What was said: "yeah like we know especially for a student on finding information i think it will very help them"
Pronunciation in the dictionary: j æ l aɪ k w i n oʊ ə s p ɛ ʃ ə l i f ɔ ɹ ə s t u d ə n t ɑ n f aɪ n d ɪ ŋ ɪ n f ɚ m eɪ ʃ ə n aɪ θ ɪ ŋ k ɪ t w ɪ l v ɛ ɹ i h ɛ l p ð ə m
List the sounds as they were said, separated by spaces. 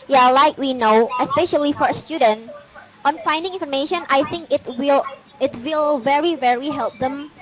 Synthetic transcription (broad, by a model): j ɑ l aɪ k w i n oʊ ə s p ɛ ʃ ə l i f ɔ ɹ ə s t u d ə n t ɑ n f aɪ n d ɪ ŋ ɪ n f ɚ m eɪ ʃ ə n aɪ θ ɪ ŋ k ɪ t w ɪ l v ɛ ɹ i h ɛ l p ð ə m